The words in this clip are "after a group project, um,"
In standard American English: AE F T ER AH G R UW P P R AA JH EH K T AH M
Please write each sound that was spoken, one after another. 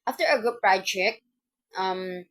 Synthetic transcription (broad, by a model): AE F T ER AH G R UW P B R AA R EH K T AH M